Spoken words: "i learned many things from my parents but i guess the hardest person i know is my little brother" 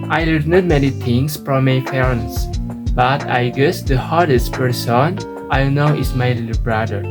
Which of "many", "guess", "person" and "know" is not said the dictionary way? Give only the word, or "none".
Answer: none